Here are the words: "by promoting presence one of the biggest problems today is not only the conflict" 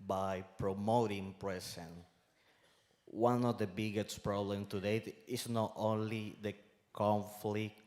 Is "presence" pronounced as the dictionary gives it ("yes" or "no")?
no